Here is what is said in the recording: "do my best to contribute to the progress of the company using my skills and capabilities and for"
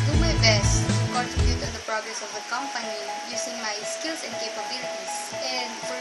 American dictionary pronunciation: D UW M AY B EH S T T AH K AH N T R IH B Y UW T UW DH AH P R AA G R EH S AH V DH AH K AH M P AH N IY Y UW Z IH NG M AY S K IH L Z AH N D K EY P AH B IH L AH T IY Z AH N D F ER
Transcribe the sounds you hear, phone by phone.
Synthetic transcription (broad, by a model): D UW M AY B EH S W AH T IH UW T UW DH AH P R AA G R EH S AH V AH K AH M P AH N IY Y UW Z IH NG M AY S K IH L S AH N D K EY P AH B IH L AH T IY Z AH N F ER